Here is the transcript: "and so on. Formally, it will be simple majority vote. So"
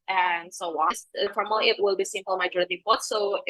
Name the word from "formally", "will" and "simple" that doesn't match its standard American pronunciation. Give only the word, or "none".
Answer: formally